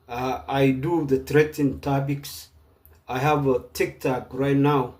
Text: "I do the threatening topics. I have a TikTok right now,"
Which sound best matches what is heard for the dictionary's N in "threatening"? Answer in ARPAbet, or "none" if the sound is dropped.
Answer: none